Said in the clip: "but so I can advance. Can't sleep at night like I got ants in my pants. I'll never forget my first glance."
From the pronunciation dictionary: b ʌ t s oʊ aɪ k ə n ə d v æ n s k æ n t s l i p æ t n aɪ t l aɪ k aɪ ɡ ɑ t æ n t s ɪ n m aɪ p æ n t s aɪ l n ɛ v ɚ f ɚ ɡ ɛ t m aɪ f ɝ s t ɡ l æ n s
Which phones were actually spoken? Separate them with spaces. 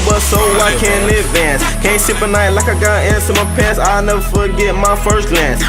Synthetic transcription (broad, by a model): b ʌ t s oʊ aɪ k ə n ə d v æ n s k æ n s i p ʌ n aɪ t l aɪ k aɪ ɡ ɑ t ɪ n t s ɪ m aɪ p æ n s aɪ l n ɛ v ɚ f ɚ ɡ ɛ t m aɪ f ɝ s t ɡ l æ n s